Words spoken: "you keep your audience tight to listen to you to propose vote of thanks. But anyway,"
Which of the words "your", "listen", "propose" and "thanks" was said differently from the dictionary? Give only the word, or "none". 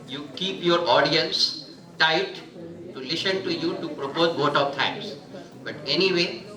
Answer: thanks